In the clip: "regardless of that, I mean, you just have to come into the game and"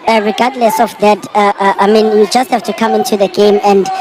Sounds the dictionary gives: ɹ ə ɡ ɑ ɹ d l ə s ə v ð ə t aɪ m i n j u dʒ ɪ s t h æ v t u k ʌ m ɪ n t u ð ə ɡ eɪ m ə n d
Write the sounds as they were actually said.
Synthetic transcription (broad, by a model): ɹ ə ɡ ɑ d l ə s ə f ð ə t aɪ m i n j u dʒ ɪ s t h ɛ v t u k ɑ m ɪ n t u ð ə ɡ eɪ m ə n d